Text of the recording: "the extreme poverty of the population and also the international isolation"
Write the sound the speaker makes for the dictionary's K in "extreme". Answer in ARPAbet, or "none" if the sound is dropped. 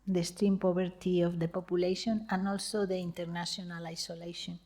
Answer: none